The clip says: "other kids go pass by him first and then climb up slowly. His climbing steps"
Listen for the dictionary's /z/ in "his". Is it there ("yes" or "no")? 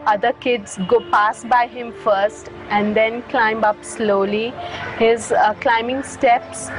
yes